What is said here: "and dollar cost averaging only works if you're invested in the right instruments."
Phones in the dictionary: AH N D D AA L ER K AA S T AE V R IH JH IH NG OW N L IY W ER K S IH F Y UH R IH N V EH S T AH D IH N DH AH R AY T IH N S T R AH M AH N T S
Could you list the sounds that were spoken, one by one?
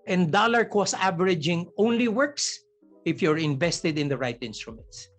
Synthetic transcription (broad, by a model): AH N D D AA L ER K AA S AE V R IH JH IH NG OW N L IY W ER K S IH F Y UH R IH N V EH S T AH D IH N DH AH R AY T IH N S T R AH M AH N T S